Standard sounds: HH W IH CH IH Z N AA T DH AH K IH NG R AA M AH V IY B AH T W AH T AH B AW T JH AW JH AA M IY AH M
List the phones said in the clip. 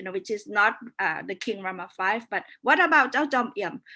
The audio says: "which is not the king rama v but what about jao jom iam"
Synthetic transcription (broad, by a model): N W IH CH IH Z N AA T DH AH K IH NG R AA M AH F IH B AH T W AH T AH B AW T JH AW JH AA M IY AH M